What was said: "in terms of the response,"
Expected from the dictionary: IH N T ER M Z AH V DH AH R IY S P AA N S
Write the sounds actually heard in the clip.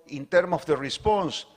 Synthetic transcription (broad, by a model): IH N T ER M AH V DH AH R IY S P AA N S